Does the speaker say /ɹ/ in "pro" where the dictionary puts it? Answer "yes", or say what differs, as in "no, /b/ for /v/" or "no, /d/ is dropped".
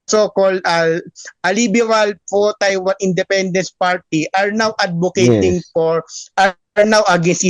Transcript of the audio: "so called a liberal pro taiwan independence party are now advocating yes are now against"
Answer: no, /ɹ/ is dropped